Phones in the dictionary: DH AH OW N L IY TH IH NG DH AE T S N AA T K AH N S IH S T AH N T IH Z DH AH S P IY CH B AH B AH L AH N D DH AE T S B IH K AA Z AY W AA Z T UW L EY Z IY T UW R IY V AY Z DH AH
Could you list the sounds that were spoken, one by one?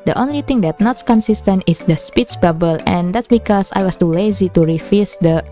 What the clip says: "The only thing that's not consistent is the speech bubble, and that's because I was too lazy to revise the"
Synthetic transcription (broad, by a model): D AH OW N L IY T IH NG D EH T N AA T K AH N S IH S T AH N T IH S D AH S P IY CH B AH B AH L AH N D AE T S B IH K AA S AY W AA S T UW L EY Z IY T UW R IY F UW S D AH